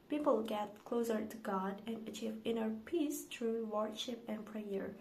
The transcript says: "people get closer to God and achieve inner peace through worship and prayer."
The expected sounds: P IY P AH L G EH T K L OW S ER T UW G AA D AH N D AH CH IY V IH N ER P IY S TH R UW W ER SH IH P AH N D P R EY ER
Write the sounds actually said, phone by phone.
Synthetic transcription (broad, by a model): P IY P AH L G EH T K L OW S ER T UW G AA D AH N AH CH IY V IH N ER P IY S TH R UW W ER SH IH P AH N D P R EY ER